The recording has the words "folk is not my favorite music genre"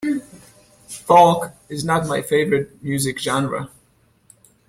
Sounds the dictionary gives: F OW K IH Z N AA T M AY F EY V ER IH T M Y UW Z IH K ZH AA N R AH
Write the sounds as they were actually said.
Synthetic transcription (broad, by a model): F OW K IH Z N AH T M AY F EY V ER IH T M Y UW Z IH K ZH AA N R AH